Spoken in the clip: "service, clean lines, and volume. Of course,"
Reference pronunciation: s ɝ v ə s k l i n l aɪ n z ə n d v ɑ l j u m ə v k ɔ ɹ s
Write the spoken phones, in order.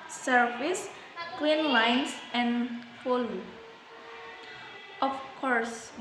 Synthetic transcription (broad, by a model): s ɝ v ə s k l i n l aɪ n s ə n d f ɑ l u ə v k ɔ ɹ s